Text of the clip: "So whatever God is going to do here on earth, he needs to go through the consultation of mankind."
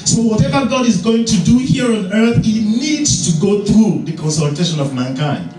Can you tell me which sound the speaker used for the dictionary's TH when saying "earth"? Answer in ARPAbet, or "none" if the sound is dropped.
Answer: TH